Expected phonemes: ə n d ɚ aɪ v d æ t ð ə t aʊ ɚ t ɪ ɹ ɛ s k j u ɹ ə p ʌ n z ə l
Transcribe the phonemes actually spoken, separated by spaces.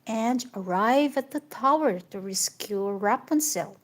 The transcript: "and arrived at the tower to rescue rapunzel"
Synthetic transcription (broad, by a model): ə n d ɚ aɪ v æ t ð ə t aʊ ɚ t ɪ ɹ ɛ s k j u ɹ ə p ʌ n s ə l